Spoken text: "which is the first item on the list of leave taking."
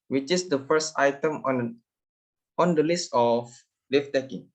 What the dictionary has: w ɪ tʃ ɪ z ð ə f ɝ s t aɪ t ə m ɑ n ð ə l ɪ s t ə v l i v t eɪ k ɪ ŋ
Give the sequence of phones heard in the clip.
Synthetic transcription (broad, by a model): w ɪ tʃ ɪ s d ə f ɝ s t aɪ t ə m ɑ n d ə l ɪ s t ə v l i f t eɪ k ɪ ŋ